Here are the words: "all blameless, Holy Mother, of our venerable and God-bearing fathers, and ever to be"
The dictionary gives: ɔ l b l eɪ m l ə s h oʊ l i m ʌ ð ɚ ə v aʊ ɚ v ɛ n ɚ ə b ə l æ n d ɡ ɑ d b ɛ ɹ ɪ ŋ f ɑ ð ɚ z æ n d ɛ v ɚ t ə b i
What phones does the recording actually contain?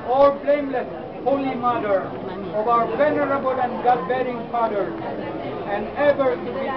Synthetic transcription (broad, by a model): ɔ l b l eɪ m l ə s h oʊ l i m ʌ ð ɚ ə v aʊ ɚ v ɛ n ɚ ə b ə l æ n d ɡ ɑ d b ɛ ɹ ɪ ŋ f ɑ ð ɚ æ n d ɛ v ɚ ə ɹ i